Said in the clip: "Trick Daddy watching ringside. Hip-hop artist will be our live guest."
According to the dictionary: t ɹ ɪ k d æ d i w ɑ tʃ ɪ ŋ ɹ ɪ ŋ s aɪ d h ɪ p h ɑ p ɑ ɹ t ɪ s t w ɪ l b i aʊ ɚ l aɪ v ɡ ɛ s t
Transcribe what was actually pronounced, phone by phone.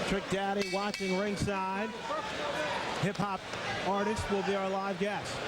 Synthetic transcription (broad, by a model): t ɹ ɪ k d æ d i w ɑ tʃ ɪ ŋ ɹ ɪ ŋ s aɪ d h ɪ p h ɑ p ɑ ɹ t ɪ s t w ɪ l b i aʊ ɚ l aɪ v ɡ ɛ s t